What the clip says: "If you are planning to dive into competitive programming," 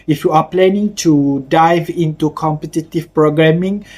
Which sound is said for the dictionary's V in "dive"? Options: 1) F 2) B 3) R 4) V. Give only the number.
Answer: 4